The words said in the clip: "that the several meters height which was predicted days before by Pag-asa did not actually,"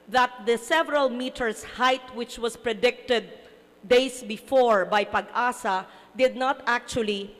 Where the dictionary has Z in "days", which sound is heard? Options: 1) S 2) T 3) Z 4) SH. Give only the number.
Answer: 1